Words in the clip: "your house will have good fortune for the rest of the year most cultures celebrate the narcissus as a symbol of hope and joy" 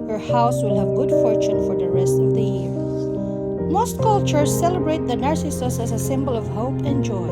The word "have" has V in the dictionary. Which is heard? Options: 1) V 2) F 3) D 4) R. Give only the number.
1